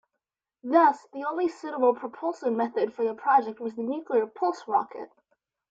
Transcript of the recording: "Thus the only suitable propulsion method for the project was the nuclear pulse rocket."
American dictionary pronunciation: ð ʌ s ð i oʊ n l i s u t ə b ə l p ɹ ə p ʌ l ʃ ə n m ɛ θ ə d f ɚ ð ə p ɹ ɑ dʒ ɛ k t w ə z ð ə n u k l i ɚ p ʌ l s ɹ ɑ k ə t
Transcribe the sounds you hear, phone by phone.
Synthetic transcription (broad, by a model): ð ʌ s ð i oʊ n l i s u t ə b l p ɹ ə p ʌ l s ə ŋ m ɛ θ ə d f ɚ ð ə p ɹ ɑ dʒ ɛ k t w ə z ð ə n u k l i ɚ p ʌ l s ɹ ɑ k ə t